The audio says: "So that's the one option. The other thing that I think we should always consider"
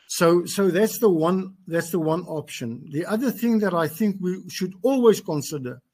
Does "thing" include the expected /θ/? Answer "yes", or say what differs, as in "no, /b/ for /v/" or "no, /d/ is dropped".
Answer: yes